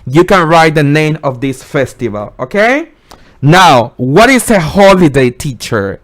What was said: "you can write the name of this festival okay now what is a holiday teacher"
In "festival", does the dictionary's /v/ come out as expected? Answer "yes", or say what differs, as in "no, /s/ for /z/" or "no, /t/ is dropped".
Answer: yes